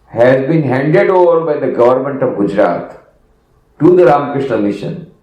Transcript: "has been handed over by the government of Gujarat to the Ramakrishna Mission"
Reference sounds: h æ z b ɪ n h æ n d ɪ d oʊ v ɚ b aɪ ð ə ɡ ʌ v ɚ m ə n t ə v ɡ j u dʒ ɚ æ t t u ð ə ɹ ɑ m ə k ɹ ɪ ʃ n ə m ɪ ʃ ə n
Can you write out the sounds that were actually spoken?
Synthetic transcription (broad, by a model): h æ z b ɪ n h æ n d ɪ d oʊ v ɚ b aɪ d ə ɡ ʌ v ɚ m ə n t ə v ɡ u dʒ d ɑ t t u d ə ɹ ɑ m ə k ɹ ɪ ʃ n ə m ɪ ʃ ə n